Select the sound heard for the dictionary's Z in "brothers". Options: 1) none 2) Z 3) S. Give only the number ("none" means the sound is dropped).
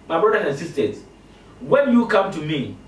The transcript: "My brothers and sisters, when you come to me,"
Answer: 1